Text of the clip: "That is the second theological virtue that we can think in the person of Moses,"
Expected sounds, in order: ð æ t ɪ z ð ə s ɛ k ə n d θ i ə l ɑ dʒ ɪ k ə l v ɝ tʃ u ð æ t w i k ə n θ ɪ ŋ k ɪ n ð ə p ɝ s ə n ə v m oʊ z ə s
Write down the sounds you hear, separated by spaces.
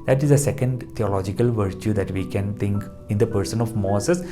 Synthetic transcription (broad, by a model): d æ t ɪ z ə s ɛ k ə n d t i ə l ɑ dʒ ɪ k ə l v ɝ tʃ u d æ t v i k ə n t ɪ ŋ k ɪ n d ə p ɝ s ə n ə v m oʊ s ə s